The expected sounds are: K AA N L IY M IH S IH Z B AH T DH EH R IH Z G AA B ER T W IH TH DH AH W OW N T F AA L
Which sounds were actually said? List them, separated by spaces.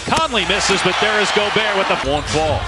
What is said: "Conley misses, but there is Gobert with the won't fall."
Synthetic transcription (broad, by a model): K AA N L IY M IH S IH Z B AH T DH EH R IH Z G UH B ER W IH DH AH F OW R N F AA L